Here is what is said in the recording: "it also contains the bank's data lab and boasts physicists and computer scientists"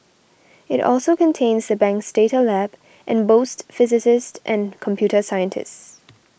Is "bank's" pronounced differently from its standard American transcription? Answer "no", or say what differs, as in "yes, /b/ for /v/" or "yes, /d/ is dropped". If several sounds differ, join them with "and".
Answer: no